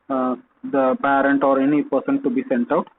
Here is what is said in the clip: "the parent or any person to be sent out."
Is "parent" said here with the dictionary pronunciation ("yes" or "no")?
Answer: yes